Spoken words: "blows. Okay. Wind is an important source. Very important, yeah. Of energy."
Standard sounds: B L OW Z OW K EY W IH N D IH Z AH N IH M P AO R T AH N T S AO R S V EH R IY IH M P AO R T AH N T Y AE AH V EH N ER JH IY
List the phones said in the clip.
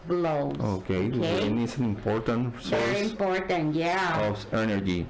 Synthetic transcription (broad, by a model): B L OW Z OW K EY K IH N IH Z AH N IH M P AO R T AH N T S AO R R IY IH M P AO R T AH N T Y AE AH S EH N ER JH IY